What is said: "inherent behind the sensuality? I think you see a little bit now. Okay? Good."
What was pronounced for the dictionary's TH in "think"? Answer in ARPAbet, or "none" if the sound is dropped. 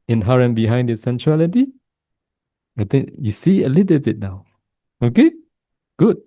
T